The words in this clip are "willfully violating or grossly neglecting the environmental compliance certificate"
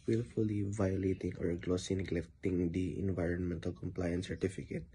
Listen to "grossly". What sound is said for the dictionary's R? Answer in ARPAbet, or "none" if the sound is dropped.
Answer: L